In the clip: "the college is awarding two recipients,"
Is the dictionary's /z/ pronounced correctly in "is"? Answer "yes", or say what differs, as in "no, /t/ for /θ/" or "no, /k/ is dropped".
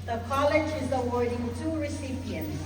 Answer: yes